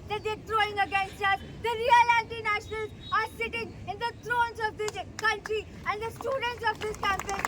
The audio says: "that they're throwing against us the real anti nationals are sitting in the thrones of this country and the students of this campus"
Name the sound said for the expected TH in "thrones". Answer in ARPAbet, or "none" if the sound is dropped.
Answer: T